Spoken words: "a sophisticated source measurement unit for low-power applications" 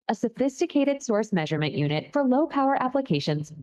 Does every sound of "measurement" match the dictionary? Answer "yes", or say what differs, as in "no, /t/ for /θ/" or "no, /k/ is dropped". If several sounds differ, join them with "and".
yes